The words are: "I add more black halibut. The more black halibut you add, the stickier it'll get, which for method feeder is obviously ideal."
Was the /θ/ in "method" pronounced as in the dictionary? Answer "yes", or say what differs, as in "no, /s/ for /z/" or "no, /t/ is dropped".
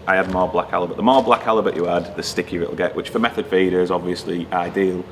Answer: yes